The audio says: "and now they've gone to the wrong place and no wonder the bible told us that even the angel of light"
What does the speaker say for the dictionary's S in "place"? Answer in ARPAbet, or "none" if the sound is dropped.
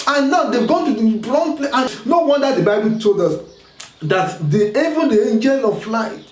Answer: none